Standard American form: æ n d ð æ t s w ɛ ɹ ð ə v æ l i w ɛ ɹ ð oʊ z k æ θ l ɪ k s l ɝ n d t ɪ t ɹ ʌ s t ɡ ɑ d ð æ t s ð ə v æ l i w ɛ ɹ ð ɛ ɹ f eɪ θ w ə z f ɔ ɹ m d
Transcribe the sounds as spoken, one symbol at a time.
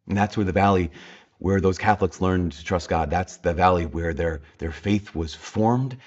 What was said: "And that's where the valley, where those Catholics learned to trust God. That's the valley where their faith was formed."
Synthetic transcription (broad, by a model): n ð æ t s w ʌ ɹ ð ə v æ l i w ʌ ɹ ð oʊ z k æ θ l ɪ k s l ɝ n t ɪ t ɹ ʌ s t ɡ ɑ d ð æ t s ð ə v æ l i w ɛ ɹ ð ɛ ɹ f eɪ θ w ə z f ɔ ɹ m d